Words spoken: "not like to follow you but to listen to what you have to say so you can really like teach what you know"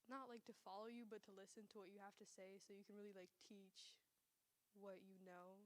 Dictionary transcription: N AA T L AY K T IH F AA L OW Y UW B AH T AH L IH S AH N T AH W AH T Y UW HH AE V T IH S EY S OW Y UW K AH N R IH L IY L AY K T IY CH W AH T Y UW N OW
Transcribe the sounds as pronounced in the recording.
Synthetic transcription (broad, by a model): N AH T L AY K T IH F AA L OW Y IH B AH T AH L IH S AH N T AH W AH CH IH HH AE F T IH S EY S OW Y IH K N R IH L IY L AY K T IY CH W AH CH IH N OW